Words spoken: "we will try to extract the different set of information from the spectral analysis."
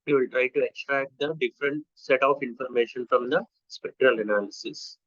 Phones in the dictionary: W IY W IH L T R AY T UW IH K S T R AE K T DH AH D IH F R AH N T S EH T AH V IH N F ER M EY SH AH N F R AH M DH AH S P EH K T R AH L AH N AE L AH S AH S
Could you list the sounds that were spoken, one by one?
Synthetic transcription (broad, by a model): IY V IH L T R AY T UW IH K S T R AE K T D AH D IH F R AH N T S EH T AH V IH N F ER M EY SH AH N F R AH M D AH S P EH K T R AH L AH N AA L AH S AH S